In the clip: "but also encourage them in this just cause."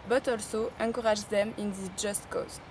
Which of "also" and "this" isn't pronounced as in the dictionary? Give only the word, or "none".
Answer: this